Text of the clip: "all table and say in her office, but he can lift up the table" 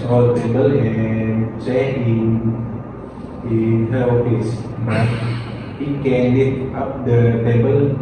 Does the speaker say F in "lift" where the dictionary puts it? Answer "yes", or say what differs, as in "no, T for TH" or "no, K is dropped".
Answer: no, F is dropped